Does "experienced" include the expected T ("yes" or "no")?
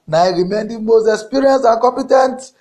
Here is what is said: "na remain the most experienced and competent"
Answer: no